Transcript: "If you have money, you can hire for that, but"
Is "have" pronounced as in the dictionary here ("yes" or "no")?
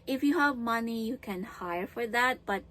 yes